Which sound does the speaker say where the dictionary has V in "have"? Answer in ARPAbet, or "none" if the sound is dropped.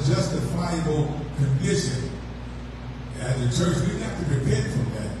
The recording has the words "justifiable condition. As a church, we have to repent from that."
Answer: F